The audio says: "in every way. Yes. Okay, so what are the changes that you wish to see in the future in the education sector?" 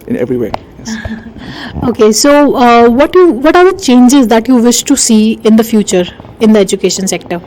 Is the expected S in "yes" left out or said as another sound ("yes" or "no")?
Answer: yes